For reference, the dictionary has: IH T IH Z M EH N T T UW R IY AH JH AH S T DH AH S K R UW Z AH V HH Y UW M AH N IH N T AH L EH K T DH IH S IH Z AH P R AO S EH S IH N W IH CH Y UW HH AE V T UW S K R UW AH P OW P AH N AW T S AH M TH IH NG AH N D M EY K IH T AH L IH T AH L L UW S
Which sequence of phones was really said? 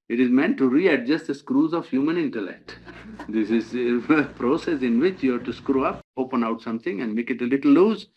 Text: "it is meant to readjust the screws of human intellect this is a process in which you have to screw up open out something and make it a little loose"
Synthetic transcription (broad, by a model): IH T IH Z M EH N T T UW R IY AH JH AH S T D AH S K R UW Z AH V HH Y UW M AH N IH N T AH L EH K T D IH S IH Z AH P R AO S EH S IH N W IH CH Y UW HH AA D T UW S K R UW AH P OW P AH N AW T S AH M T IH NG AH N D M EY K IH T AH L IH T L L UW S